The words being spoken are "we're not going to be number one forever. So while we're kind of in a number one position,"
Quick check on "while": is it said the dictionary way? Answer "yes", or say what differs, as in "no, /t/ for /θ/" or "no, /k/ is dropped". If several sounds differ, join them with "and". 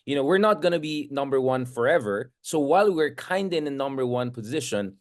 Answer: yes